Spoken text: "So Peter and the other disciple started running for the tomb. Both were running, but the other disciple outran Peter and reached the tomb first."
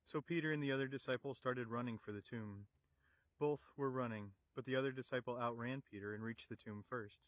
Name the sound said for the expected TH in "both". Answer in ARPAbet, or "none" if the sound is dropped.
TH